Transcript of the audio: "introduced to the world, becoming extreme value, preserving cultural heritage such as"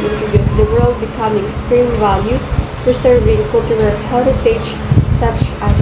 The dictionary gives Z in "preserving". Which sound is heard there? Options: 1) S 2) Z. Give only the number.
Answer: 1